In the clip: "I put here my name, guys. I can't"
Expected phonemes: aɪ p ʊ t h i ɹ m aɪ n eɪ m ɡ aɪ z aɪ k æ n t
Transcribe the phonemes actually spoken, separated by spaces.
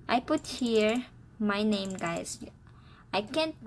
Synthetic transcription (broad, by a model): aɪ p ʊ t h i ɹ m aɪ n eɪ m ɡ aɪ s aɪ k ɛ n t